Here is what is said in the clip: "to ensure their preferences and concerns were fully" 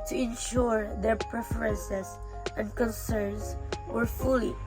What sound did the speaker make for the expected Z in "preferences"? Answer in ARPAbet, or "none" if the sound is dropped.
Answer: S